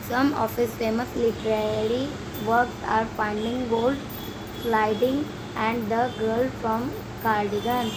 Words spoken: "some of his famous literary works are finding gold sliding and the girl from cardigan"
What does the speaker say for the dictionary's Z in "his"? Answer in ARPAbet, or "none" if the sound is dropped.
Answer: S